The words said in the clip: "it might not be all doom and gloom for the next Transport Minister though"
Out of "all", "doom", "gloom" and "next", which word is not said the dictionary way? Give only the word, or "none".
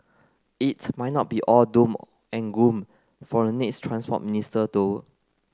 gloom